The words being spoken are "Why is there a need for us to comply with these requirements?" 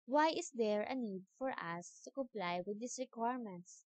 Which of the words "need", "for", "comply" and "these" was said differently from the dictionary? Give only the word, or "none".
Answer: these